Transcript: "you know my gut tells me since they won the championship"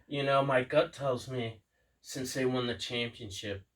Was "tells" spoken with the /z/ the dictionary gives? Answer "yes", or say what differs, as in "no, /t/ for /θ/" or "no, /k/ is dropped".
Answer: yes